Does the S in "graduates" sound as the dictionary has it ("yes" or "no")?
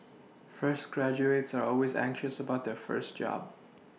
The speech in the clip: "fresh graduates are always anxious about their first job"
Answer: yes